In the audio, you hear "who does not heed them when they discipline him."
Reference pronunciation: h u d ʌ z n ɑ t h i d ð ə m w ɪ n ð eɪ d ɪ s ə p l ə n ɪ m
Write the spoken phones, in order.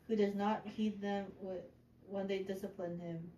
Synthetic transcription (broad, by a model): h u d ʌ z n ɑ t h i d ð ə m w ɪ n ð eɪ d ɪ s ə p l ə n ɪ m